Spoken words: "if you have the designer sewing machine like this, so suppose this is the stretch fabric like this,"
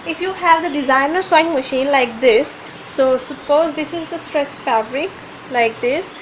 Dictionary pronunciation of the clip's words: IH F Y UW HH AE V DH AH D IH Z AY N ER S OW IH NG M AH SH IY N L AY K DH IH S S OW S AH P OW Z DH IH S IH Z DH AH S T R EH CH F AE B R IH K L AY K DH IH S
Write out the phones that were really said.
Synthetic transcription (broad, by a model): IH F Y UW HH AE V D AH D IH Z AY N ER S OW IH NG M AH SH IY N L AY K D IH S S OW S AH P OW Z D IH S IH Z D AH S T R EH S F AE B R IH K L AY K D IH S